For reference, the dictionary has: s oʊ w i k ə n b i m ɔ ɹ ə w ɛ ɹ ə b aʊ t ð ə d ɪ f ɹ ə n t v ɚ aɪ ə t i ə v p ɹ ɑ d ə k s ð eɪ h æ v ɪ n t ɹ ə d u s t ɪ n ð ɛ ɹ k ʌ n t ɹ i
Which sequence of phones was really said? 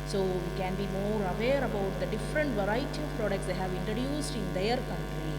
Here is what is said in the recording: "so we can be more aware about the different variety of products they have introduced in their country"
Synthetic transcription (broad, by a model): s oʊ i k ə n b i m ɔ ɹ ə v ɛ ɹ ə b aʊ t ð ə d ɪ f ɹ ə n t v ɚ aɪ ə t i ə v p ɹ ɑ d ə k s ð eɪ h æ v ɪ n t ɹ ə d u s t ɪ n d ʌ ɹ k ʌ n t ɹ i